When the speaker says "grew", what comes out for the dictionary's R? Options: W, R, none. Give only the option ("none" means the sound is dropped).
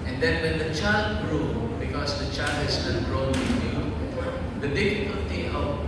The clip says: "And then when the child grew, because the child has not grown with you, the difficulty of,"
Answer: R